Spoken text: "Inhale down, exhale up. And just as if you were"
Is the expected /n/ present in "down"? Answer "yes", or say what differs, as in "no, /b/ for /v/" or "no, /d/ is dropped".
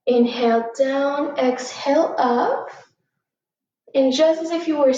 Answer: yes